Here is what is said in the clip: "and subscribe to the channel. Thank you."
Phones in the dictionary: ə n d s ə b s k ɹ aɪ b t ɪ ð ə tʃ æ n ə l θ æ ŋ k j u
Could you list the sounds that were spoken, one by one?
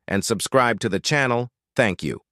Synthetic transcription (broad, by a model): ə n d s ə b s k ɹ aɪ b t ɪ ð ə tʃ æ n l θ æ ŋ k j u